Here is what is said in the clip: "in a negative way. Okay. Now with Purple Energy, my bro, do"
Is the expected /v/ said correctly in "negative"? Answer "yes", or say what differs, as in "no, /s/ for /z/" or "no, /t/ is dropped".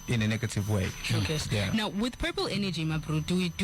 yes